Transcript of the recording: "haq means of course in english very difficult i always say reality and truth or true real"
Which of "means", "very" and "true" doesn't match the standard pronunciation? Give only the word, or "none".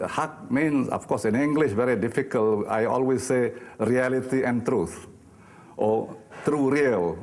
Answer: means